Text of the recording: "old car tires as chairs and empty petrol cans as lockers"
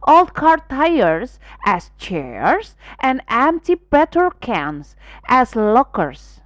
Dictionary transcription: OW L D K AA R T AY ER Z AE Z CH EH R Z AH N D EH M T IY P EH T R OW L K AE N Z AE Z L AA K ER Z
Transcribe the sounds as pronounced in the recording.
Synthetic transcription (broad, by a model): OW L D K AA R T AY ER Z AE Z CH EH R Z AH N D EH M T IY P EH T OW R K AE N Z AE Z L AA K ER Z